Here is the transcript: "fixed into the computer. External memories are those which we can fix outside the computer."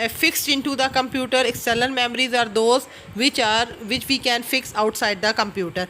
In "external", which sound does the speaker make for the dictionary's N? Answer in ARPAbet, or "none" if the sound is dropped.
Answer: L